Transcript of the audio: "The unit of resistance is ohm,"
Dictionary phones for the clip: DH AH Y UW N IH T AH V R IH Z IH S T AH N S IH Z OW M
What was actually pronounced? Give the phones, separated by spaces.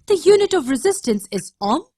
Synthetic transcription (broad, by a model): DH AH Y UW N IH T AH V R IH Z IH S T AH N S IH Z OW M